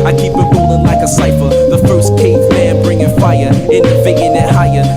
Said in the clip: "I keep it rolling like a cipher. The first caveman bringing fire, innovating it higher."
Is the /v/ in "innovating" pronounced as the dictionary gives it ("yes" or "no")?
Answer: no